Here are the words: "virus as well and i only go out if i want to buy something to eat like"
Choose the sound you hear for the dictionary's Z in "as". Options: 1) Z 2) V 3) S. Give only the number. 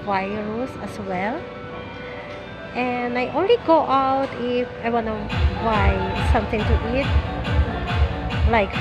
3